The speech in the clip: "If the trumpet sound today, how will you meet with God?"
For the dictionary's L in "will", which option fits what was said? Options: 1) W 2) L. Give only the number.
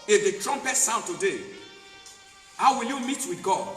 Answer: 2